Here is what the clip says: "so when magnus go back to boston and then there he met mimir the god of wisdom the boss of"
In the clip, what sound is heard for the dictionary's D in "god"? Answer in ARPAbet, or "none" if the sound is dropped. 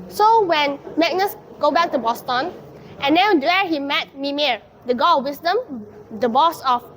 none